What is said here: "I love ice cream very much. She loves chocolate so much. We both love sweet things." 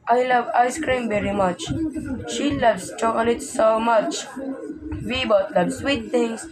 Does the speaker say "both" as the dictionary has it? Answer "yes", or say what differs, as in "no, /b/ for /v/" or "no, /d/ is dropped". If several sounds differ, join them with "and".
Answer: no, /t/ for /θ/